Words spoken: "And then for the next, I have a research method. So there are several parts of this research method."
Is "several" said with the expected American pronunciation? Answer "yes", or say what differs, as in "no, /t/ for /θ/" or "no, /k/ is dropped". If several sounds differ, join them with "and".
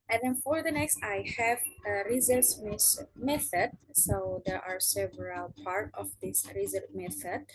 yes